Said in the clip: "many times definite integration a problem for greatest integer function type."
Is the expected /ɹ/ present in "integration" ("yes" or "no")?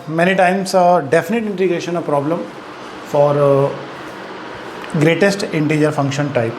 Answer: yes